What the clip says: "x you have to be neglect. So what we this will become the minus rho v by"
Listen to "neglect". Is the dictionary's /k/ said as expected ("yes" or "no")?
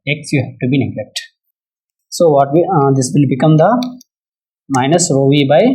yes